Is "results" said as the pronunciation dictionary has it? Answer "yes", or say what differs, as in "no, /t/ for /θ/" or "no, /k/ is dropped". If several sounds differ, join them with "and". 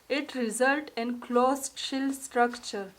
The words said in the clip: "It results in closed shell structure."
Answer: no, /s/ is dropped